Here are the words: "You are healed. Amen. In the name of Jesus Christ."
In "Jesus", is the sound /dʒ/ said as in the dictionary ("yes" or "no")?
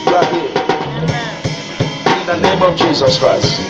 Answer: yes